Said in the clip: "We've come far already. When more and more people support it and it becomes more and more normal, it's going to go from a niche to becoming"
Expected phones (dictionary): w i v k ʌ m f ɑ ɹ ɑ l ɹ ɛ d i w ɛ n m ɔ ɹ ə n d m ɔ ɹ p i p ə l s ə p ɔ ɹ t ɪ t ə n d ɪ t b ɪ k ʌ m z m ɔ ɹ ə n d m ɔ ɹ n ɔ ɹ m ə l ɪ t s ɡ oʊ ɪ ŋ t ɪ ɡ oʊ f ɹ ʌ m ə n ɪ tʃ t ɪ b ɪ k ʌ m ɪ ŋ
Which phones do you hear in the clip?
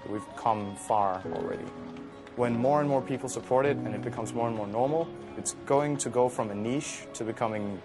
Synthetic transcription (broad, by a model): w i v k ʌ m f ɑ ɹ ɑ l ɹ ɛ d i w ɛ n m ɔ ɹ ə n m ɔ ɹ p i p l s ə p ɔ ɹ t ɪ t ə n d ɪ t b ɪ k ʌ m z m ɔ ɹ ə n m ɔ ɹ n ɔ ɹ m l ɪ t s ɡ oʊ ɪ ŋ t ɪ ɡ oʊ f ɹ ʌ m ə n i ʃ t ɪ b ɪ k ʌ m ɪ ŋ